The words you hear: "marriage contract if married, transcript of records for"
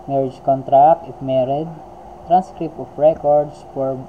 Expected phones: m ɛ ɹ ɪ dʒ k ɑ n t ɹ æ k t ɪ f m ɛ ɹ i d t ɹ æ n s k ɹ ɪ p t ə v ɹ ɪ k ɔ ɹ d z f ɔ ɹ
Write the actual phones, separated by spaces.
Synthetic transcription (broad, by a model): m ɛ ɹ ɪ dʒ k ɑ n t ɹ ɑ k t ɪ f m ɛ ɹ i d t ɹ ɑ n s k ɹ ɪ p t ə f ɹ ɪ k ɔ ɹ d s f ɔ ɹ